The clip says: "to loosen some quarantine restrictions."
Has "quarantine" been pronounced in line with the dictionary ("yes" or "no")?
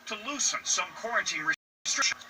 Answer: yes